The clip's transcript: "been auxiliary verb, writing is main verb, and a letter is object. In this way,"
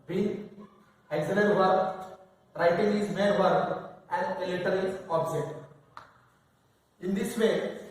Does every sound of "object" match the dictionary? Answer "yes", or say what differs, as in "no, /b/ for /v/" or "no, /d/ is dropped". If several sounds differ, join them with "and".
no, /k/ is dropped